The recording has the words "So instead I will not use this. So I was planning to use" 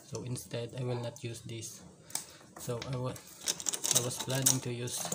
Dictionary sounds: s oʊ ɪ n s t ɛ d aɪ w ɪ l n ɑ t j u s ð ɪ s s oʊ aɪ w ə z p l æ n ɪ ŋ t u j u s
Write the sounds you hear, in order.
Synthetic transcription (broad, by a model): s oʊ ɪ n s t ɛ d aɪ w ɪ l n ɑ t j u s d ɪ s s oʊ aɪ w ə s p l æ n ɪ ŋ t u j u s